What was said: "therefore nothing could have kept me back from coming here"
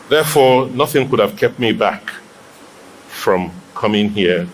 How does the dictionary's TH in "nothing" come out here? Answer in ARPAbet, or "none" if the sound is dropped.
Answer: TH